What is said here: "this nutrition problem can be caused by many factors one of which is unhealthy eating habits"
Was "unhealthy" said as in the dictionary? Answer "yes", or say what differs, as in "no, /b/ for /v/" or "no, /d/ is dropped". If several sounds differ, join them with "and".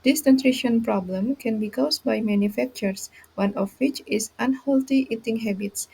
no, /t/ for /θ/